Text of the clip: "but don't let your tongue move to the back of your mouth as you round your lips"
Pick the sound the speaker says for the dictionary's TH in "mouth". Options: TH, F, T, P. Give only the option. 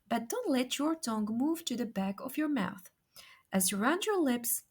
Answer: TH